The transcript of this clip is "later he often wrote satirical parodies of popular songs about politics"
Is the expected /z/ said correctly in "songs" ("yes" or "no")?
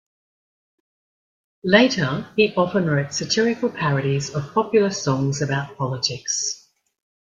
yes